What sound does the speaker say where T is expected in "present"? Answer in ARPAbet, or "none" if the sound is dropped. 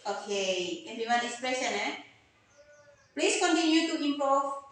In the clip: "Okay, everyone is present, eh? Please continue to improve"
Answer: none